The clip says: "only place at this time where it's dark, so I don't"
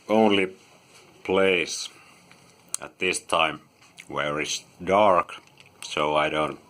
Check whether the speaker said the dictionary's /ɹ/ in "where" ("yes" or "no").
yes